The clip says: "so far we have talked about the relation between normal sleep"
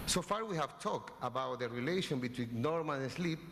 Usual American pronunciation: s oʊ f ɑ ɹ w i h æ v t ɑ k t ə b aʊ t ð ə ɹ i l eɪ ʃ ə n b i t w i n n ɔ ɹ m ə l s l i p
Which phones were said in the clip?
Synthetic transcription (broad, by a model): s oʊ f ɑ ɹ w i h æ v t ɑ k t ə b aʊ t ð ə ɹ i l eɪ ʃ ə n b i t w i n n ɔ ɹ m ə n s l i p